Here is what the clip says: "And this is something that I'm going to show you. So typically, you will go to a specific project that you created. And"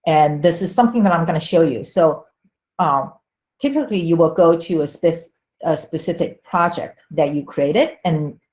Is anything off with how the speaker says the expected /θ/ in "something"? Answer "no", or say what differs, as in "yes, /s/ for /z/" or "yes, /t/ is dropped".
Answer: no